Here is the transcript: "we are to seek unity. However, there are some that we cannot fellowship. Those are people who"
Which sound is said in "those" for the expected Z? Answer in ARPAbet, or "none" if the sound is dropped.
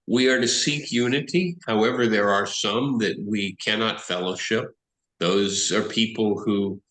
Z